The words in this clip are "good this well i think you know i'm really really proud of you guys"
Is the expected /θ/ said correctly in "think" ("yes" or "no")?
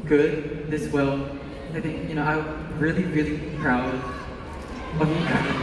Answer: yes